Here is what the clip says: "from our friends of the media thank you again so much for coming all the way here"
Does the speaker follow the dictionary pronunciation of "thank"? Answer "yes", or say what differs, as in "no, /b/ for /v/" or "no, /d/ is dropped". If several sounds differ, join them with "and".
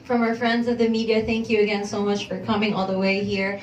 yes